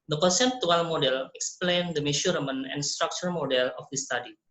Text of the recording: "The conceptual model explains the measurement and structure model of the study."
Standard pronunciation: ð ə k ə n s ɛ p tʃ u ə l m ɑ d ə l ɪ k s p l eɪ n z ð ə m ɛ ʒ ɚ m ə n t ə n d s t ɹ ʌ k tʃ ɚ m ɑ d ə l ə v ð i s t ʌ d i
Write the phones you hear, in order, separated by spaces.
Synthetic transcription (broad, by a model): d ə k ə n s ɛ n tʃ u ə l m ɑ d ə l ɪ k s p l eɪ n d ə m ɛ ʃ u m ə n ə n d s t ɹ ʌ k tʃ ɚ m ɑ d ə l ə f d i s t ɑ d i